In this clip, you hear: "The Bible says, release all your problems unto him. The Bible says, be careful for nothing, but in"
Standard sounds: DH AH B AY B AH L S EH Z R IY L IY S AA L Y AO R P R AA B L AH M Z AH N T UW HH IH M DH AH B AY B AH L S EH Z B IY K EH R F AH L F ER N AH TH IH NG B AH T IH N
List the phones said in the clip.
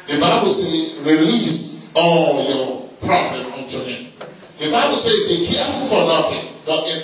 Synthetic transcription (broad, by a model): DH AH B AY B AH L S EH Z R IY L IY S AA L Y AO P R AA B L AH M AH N T UW HH IH M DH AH B AY B AH L S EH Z B IY K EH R F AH L F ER N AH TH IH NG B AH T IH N